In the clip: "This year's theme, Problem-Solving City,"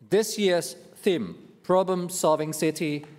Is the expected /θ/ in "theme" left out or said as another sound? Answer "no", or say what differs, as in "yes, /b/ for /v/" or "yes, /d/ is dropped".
no